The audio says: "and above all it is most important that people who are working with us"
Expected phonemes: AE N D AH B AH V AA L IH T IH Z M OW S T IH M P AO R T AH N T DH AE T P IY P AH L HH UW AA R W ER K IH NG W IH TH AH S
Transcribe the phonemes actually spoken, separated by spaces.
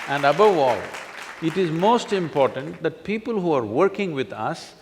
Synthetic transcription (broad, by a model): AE N D AH B AH V AA L IH T IH Z M OW S T IH M P AO R T AH N T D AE T P IY P AH L HH UW AA R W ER K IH NG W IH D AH S